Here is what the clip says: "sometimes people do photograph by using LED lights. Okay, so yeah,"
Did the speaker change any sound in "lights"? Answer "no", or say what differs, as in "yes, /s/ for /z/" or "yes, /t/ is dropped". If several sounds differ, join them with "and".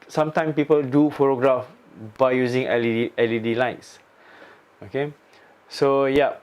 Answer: no